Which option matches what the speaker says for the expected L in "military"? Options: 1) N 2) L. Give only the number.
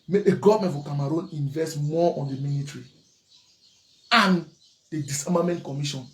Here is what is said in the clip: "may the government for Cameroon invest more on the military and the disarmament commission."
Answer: 1